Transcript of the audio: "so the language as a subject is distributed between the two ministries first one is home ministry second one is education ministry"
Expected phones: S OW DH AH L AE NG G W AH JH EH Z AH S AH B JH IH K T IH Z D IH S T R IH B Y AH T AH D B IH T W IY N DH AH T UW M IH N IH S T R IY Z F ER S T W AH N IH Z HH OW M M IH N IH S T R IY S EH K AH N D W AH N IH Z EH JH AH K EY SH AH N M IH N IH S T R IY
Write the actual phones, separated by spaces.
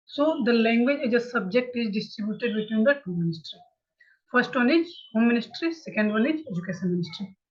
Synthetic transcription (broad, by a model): S OW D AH L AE NG G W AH JH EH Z AH S AH B JH IH K T IH Z D IH S T R IH B Y AH T AH D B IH T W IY N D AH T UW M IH N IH S T R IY F ER S T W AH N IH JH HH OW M M IH N IH S T R IY S EH K AH N D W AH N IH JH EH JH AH K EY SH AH N M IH N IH S T R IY